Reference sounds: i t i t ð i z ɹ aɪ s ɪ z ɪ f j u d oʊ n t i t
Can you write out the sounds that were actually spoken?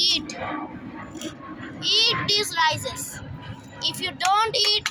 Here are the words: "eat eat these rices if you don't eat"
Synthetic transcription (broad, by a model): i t i t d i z l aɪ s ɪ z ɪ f j u d oʊ n t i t